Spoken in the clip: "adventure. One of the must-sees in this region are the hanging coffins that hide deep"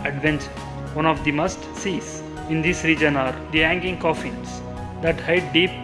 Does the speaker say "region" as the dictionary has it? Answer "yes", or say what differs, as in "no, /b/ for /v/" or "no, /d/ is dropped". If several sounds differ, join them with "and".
yes